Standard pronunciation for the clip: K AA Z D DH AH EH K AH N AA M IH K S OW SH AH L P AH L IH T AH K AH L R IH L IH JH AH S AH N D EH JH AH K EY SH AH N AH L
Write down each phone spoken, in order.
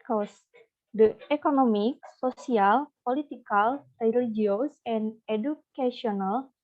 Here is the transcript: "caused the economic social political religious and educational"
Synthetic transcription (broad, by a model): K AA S D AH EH K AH N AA M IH K S OW S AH L P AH L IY T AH K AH L R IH L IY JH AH S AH N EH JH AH K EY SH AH N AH L